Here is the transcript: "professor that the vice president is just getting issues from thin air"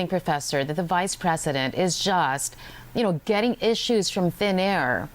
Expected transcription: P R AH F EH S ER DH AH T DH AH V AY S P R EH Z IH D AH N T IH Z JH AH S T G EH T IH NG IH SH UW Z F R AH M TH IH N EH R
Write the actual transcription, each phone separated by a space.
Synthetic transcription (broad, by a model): P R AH F EH S ER DH AH T DH AH V AY S P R EH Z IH D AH N T IH Z JH AH S T G EH T IH NG IH SH UW Z F R AH M TH IH N EH R